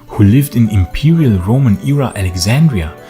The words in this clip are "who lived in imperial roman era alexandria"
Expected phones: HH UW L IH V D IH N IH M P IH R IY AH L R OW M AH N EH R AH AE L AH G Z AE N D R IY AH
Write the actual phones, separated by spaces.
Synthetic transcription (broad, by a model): HH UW L IH V D IH N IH M P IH R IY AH L R OW M AH N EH R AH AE L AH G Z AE N D R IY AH